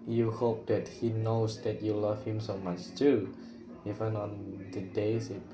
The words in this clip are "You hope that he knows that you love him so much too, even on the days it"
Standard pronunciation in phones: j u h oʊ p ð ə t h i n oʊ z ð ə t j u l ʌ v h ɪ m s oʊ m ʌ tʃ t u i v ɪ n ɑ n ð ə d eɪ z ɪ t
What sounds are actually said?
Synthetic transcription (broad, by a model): j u h oʊ p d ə t h i n oʊ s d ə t j u l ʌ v h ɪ m s oʊ m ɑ tʃ t u i v ɪ n ɑ n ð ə d eɪ s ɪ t